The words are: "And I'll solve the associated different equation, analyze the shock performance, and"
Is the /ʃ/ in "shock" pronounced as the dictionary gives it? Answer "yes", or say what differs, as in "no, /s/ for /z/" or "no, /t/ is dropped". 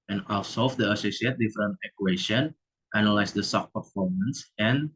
no, /s/ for /ʃ/